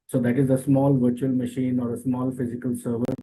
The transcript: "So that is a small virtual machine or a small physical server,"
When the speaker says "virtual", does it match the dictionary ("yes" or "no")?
yes